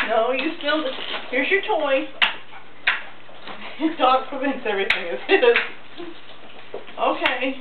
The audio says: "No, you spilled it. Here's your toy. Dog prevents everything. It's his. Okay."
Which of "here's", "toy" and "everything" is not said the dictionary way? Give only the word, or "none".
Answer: none